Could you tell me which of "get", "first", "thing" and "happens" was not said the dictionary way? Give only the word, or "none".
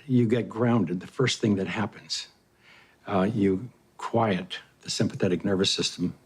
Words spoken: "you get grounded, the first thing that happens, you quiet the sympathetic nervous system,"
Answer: none